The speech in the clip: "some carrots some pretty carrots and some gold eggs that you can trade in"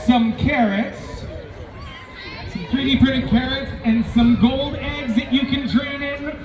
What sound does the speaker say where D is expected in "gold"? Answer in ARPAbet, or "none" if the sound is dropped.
D